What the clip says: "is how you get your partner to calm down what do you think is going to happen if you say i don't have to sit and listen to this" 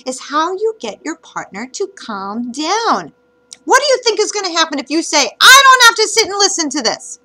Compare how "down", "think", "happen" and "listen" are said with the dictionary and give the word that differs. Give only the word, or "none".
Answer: none